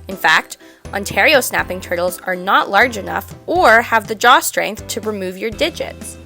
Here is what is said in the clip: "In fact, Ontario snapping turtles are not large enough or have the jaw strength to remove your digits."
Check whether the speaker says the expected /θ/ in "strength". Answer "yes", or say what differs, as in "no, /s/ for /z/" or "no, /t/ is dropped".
yes